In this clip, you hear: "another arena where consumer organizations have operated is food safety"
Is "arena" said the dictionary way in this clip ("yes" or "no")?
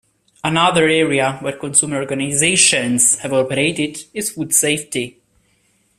no